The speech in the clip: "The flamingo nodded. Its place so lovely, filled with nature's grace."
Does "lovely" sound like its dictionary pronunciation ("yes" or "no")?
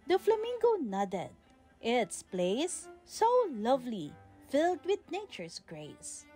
yes